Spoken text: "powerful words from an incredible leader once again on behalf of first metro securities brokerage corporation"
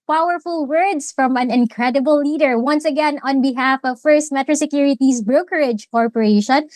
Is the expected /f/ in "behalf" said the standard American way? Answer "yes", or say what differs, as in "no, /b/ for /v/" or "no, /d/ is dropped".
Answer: yes